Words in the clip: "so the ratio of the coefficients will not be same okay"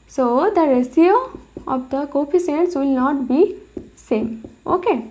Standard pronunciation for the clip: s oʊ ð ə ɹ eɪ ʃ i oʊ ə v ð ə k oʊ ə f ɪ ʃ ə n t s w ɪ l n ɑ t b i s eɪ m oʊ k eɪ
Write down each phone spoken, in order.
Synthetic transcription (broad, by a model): s oʊ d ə ɹ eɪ s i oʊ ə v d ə k oʊ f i s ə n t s w ɪ l n ɑ t b i s eɪ m oʊ k eɪ